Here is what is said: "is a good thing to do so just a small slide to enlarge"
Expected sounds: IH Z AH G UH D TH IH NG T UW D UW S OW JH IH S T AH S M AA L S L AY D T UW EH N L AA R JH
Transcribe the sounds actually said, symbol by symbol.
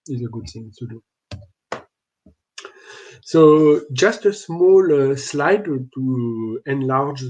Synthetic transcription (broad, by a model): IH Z AH G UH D TH IH NG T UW D UW S OW JH IH S T AH S M AA L S L AY D T UW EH N L AA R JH